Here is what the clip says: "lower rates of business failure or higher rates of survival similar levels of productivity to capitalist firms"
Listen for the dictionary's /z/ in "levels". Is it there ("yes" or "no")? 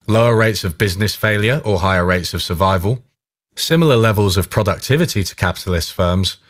yes